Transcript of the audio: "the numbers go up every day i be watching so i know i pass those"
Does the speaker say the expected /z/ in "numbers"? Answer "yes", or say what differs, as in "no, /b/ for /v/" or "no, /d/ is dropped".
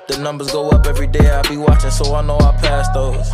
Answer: yes